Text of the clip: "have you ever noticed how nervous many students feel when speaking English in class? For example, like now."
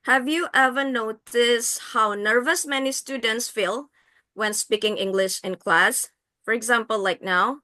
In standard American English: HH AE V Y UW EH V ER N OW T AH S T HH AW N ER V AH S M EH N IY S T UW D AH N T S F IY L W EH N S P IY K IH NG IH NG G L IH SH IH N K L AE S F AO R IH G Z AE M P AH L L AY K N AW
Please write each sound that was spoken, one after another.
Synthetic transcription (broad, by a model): HH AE V Y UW EH V ER N OW T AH S HH AW N ER V AH S M EH N IY S T UW D AH N T S F IY L W EH N S P IY K IH NG IH NG G L IH SH IH N K L AE S F AO R IH G Z AE M P AH L L AY K N AW